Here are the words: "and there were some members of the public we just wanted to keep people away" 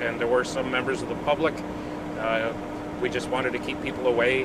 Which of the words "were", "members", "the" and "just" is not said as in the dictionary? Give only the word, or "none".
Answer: none